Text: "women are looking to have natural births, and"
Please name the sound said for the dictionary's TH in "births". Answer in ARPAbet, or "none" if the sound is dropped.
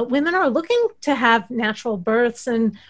TH